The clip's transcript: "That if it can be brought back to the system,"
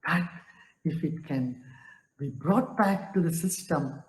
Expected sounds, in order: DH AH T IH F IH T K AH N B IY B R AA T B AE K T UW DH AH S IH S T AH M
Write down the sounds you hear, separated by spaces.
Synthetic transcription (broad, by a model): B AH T IH F IH T K AH N B IY B R AA T B AE K T UW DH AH S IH S T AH M